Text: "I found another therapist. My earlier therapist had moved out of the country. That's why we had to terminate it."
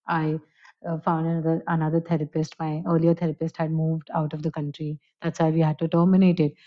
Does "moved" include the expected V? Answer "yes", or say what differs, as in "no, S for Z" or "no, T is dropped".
yes